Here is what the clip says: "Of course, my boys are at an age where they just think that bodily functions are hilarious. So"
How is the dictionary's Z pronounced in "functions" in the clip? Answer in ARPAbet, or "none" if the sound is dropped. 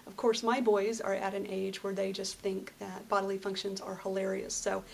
Z